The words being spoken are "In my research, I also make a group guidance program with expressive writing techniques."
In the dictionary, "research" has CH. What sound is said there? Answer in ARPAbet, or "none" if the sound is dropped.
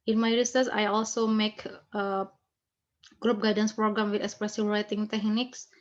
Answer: S